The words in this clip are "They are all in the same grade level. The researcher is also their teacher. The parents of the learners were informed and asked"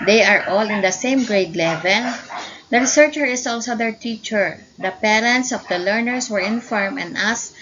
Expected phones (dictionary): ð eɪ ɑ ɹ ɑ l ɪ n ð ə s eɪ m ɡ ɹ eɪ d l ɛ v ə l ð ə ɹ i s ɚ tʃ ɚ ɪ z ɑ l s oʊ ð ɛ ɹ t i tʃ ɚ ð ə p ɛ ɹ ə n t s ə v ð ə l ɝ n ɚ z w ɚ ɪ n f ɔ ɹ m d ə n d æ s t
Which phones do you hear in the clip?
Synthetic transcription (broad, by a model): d eɪ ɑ ɹ ɑ l ɪ n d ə s eɪ m ɡ ɹ eɪ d l ɛ v ə l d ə ɹ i s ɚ tʃ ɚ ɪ s ɑ l s oʊ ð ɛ ɹ t i tʃ ɚ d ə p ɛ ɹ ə n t s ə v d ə l ɝ n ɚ s w ɚ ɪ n f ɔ ɹ m ə n d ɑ s